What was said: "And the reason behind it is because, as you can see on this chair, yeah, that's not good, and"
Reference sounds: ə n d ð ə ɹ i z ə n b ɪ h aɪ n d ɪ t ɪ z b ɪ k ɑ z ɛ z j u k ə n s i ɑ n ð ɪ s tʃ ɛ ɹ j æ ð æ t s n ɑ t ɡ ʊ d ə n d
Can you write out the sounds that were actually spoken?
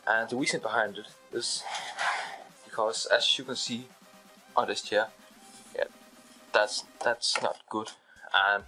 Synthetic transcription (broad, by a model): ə n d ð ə w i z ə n b ɪ h aɪ n d ɪ t ɪ z b ɪ k ɑ z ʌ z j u k ə n s i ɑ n ð ɪ s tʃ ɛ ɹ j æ ð æ t s n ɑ t ɡ ʊ d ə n